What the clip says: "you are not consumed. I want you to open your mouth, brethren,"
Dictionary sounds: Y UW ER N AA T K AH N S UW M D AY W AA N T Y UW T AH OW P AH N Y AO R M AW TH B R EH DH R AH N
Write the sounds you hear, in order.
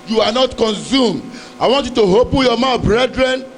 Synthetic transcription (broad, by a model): Y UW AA N AA T K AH N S UW M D AY W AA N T Y UW T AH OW B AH Y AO M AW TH B R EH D R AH N